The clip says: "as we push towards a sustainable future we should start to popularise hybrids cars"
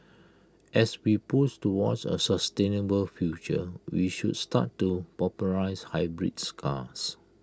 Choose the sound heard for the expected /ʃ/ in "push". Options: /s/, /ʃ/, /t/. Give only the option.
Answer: /s/